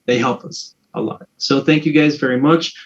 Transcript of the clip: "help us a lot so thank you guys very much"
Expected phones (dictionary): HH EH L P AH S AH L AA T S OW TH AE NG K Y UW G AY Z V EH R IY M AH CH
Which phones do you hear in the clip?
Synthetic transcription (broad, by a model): HH EH L P AH S AH L AA T S OW TH AE NG K Y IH G AY Z V EH R IY M AH CH